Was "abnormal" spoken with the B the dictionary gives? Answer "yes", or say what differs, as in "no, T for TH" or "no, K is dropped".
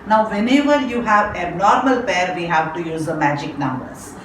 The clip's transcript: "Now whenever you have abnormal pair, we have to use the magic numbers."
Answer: no, B is dropped